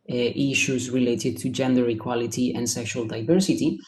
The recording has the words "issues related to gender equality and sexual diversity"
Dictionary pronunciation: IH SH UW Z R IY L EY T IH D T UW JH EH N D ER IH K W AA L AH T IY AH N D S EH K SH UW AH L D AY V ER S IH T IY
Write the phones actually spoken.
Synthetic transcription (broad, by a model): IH SH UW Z R IY L EY T IH D T UW JH EH N D ER IH K W AA L AH T IY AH N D S EH K SH UW AH L D AY V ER S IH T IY